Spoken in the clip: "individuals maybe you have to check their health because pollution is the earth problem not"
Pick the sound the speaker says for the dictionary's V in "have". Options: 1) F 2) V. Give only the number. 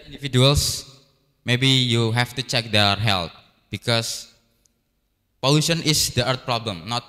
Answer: 1